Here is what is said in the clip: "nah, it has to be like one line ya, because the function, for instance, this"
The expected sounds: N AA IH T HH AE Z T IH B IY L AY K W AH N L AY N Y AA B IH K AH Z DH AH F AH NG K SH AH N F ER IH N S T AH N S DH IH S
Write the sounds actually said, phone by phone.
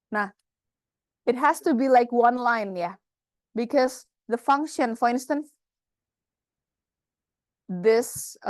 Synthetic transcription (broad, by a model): N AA IH T HH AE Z T IH B IY L AY K W AH N L AY N Y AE B IH K AH Z DH AH F AH NG K SH AH N F ER IH N S T AH N S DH IH S